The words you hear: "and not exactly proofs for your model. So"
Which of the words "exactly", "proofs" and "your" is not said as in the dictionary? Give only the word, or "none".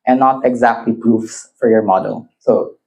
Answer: none